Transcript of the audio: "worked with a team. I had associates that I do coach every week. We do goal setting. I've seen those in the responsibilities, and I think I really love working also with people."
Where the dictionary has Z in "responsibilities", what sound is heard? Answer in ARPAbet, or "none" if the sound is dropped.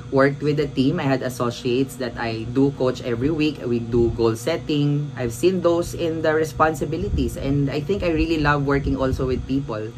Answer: S